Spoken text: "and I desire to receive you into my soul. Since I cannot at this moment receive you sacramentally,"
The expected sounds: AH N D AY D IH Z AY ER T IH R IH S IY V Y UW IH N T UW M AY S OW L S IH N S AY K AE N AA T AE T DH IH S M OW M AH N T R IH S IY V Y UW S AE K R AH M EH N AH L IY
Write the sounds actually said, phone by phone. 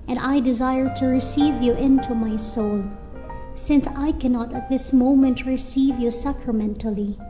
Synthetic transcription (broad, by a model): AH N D AY D IH Z AY ER T IH R IH S IY V Y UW IH N T UW M AY S OW L S IH N S AY K AE N AA T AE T DH IH S M OW M AH N T R IH S IY V Y UW S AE K R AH M EH N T L IY